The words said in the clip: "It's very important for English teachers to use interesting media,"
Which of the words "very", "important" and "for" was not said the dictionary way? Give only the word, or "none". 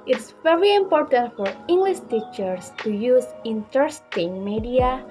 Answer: none